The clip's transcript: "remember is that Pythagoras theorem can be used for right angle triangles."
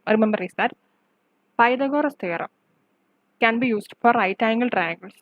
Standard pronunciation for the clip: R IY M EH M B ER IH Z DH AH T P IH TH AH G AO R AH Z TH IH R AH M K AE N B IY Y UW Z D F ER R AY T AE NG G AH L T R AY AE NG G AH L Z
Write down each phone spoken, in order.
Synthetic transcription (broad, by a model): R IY M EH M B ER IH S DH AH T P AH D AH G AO R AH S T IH R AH M K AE N B IY Y UW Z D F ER R AY T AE NG G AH L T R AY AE NG G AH L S